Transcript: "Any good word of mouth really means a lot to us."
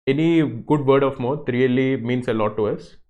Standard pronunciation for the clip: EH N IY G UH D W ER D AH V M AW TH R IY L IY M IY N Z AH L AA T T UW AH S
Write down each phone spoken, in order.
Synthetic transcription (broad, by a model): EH N IY G UH D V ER D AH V M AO T R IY L IY M IY N S AH L AA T T UW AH S